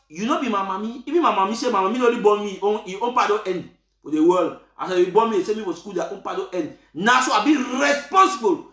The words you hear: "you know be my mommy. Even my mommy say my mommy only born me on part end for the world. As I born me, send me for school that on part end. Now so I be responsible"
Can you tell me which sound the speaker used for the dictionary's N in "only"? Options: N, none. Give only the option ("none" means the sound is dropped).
none